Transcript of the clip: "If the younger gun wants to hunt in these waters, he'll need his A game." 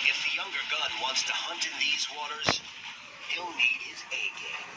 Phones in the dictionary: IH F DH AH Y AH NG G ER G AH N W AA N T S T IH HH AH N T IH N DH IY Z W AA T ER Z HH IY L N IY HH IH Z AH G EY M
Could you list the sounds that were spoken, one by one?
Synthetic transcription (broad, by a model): IH F DH AH Y AH NG G ER G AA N W AA N T S T IH HH AH N T IH N DH IY Z W AA T ER Z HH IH L N IY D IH Z AH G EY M